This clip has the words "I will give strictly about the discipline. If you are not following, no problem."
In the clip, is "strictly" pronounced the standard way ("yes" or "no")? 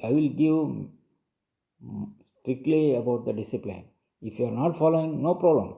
yes